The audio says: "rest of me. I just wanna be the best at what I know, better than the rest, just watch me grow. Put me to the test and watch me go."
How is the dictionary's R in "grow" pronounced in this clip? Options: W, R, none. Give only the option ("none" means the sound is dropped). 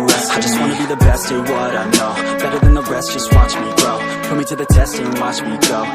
none